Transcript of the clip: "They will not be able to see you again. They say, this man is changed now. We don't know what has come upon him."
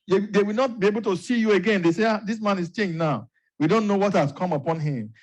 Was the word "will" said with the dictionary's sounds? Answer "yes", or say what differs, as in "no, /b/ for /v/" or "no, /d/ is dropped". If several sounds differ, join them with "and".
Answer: no, /w/ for /l/